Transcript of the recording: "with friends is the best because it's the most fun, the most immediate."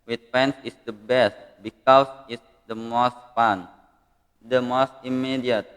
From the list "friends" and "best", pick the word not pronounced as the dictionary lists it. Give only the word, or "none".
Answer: friends